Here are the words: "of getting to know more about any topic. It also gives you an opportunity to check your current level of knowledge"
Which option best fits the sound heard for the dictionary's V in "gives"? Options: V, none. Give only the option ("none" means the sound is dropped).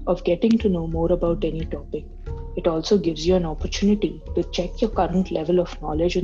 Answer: V